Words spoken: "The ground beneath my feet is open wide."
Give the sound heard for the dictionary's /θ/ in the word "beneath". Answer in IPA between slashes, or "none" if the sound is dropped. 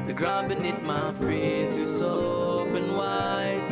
/t/